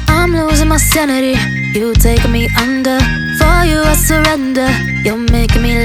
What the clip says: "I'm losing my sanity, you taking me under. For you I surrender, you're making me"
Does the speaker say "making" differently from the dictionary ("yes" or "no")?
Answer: yes